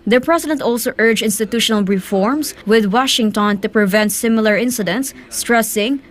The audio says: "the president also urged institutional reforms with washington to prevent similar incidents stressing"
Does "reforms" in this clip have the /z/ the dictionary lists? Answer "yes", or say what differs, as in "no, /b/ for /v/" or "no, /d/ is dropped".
no, /s/ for /z/